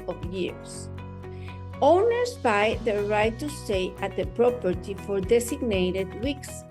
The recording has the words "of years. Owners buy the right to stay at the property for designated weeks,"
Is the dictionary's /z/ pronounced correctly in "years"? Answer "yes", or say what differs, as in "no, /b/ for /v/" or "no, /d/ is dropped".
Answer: no, /s/ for /z/